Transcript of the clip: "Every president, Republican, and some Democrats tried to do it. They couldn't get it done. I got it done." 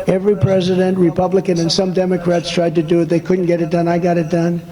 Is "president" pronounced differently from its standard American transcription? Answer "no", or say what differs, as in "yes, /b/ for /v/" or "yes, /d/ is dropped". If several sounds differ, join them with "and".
no